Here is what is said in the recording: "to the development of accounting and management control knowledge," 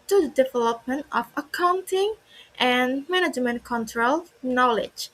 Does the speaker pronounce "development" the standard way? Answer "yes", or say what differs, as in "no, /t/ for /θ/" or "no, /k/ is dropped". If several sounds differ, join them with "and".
yes